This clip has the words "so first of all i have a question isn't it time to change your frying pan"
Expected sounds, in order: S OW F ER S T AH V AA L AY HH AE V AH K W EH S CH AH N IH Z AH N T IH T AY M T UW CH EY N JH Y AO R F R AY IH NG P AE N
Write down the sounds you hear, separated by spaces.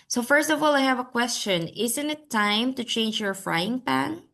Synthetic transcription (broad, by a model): S OW F ER S T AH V AA L AY HH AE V AH K W EH S CH AH N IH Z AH N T IH T AY M T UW CH EY N JH Y AO R F R AY IH NG P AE N